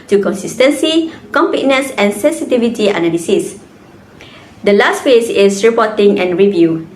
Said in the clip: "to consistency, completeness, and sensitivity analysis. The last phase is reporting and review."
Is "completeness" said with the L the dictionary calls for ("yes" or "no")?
no